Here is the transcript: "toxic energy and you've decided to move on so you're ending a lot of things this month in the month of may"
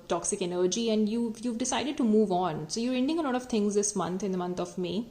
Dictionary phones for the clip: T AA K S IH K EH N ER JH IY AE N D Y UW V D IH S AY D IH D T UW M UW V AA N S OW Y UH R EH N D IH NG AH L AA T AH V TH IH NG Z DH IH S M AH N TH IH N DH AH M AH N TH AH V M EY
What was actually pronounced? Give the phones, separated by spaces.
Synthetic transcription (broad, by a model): T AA K S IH K EH N ER JH IY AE N D Y UW V D IH S AY D IH D T UW M UW V AA N S OW Y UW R EH N D IH NG AH L AA T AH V T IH NG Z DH IH S M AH N T IH N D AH M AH N T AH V M EY